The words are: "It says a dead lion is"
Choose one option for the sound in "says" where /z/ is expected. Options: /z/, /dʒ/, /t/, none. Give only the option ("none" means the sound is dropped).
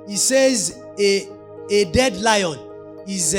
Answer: /z/